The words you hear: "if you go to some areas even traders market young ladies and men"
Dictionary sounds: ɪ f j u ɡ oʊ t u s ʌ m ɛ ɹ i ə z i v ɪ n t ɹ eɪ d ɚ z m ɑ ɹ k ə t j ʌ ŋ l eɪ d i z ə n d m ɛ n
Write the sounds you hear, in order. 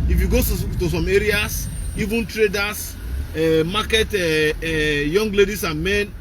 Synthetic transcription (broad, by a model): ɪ f j u ɡ oʊ t u s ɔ m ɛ ɹ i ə s i v ɪ n t ɹ eɪ d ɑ s m ɑ k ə t j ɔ ŋ l eɪ d i s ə n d m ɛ n